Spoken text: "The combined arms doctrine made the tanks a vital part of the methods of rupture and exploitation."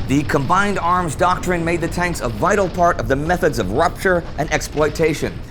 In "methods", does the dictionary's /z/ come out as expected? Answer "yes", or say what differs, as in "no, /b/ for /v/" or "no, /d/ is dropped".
yes